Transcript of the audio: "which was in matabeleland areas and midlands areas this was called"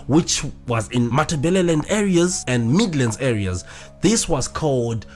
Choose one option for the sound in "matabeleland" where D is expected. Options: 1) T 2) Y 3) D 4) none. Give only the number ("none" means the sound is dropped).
3